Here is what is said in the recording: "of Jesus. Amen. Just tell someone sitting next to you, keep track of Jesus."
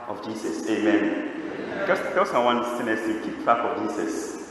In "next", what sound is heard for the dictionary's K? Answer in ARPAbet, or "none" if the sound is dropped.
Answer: none